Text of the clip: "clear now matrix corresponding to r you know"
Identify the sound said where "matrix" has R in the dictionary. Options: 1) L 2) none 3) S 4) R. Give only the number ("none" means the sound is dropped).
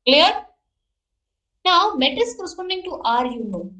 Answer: 2